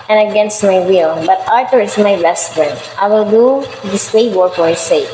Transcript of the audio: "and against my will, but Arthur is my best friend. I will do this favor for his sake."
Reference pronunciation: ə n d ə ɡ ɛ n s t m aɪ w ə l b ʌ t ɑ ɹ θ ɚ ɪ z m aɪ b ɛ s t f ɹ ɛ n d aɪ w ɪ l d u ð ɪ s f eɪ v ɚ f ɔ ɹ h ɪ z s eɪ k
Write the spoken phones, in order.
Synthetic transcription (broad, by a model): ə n ə ɡ ɛ n s t m aɪ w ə l b ʌ t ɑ ɹ t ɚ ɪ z m aɪ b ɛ s t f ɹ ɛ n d aɪ w ɪ l d u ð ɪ s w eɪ w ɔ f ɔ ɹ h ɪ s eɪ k